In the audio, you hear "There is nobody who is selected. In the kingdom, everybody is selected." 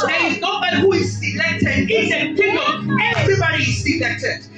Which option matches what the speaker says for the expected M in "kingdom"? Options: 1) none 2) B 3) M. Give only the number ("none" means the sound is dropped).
1